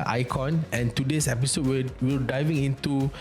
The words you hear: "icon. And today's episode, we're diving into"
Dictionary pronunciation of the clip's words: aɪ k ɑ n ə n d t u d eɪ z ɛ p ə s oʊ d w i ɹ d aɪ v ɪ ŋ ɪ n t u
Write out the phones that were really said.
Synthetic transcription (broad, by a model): aɪ k ɑ n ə n t u d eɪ s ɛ p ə s oʊ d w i l d aɪ v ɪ ŋ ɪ n t u